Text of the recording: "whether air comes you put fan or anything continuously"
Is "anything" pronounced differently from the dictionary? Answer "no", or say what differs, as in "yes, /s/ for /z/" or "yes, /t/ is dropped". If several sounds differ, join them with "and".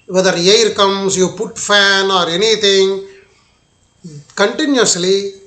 yes, /t/ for /θ/